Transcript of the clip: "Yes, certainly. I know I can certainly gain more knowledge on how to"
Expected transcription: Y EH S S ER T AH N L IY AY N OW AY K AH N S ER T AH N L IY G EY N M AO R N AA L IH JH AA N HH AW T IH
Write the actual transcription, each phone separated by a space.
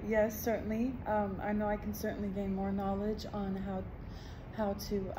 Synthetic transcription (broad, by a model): Y EH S S ER T N L IY AY N OW AY K N S ER T N L IY G EY N M AO R N AA L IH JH AA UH HH AW T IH